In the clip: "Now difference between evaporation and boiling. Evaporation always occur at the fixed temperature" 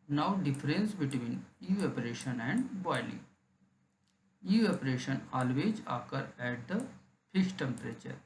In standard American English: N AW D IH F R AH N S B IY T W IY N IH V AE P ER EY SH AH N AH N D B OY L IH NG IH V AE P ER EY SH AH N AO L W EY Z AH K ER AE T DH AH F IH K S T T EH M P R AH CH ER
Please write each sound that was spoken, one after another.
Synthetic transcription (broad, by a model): N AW D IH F R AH N S B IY T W IY N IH AO P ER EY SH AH N AH N D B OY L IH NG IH AO P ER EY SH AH N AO L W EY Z AH K ER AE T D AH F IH S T T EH M P R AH CH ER